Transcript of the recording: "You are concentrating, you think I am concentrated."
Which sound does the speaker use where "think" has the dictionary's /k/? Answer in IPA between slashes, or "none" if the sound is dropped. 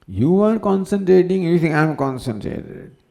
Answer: none